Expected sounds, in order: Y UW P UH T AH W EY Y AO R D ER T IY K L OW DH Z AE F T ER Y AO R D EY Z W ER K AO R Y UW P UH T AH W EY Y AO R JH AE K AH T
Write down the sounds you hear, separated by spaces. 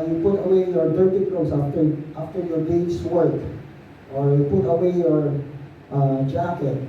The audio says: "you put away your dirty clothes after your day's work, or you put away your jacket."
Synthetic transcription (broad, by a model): Y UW P UH T AH W EY Y AO R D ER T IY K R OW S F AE F T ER Y AO R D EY S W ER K AO R Y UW P UH T AH W EY Y AO R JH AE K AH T